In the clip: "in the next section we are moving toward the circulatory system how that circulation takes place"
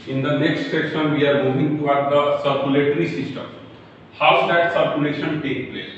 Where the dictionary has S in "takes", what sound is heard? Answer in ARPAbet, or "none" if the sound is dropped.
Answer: none